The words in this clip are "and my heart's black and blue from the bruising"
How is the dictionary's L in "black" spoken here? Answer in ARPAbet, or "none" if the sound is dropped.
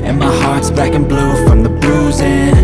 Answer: none